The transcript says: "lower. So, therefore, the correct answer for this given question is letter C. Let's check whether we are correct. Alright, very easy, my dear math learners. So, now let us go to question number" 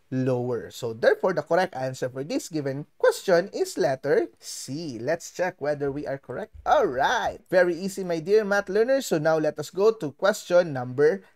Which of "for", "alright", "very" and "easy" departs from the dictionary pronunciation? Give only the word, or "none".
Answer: easy